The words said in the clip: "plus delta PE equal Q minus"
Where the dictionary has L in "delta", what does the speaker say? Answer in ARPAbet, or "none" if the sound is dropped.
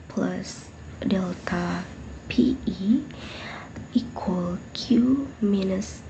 L